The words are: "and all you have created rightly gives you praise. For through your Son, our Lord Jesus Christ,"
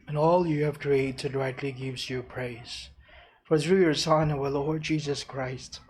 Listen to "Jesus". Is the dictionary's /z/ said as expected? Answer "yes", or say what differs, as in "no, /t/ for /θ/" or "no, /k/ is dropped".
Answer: yes